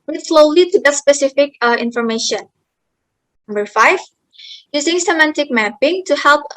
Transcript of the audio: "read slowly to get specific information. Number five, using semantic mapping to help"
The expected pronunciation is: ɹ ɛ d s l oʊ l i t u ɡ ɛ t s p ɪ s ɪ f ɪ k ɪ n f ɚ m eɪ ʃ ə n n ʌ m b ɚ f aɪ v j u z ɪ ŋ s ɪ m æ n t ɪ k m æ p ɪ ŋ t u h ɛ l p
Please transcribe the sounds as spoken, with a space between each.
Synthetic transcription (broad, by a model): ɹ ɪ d s l oʊ l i t u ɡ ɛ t s p ɪ s ɪ f ɪ k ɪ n f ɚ m eɪ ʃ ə n n ʌ m b ɚ f aɪ v j u z ɪ ŋ s ɪ m æ n t ɪ k m æ p ɪ ŋ t u h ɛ l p